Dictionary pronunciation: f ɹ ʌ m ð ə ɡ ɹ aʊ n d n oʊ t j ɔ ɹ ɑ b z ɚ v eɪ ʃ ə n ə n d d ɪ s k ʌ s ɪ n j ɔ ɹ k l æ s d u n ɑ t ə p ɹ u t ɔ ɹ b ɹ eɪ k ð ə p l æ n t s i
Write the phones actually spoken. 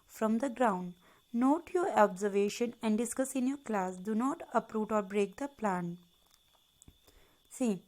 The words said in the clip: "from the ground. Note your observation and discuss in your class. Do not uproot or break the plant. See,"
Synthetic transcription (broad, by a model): f ɹ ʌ m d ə ɡ ɹ aʊ n d n oʊ t j ɔ ɹ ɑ b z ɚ v eɪ ʃ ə n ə n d d ɪ s k ʌ s ɪ n j ɔ ɹ k l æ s d u n ɑ t ə p ɹ u t ɔ ɹ b ɹ eɪ k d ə p l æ n s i